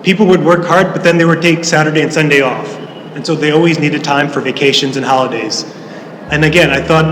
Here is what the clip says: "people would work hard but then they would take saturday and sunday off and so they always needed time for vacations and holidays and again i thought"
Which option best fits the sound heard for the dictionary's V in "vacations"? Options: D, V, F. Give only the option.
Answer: V